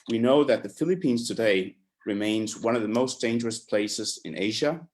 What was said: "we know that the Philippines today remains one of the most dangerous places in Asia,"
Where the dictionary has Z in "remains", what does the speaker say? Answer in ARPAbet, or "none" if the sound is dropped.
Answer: Z